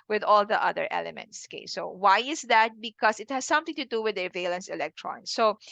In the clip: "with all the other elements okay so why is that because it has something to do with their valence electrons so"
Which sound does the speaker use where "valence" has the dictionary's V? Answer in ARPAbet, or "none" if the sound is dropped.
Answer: V